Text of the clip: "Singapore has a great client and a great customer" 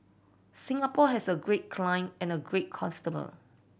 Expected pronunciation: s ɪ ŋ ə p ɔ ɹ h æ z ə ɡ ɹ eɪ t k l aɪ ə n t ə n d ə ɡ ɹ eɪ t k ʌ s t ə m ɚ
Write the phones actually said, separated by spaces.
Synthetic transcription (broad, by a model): s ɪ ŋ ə p ɔ h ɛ s ə ɡ ɹ eɪ t k l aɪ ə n ə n ə ɡ ɹ eɪ t k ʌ s t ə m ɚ